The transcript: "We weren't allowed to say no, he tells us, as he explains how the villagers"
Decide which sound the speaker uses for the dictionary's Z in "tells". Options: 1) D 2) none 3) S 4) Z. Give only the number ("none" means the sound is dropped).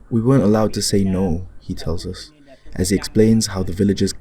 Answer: 4